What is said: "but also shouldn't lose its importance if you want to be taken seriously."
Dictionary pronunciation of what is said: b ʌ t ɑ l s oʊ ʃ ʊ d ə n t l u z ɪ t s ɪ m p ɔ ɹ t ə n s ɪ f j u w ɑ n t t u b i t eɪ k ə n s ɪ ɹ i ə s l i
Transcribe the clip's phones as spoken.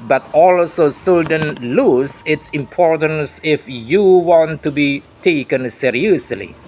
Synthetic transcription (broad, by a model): b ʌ t ɑ l s oʊ s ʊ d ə n l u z ɪ t s ɪ m p ɔ ɹ t ə n s ɪ f j u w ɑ n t t u b i t eɪ k ə n s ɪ ɹ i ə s l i